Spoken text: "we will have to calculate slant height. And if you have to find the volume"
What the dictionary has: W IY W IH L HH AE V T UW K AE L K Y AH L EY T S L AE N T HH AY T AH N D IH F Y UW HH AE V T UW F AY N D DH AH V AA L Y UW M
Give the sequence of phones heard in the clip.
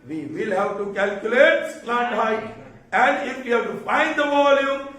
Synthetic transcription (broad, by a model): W IY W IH L HH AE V T UW K AE L K Y AH L EY T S N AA T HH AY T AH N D IH F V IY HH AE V T UW F AY N D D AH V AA L Y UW M